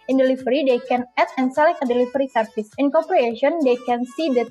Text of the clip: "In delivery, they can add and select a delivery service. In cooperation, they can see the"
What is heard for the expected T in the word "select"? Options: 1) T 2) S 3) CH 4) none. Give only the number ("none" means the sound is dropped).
4